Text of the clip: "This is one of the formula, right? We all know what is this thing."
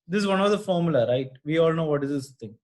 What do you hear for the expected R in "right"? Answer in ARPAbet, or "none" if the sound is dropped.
R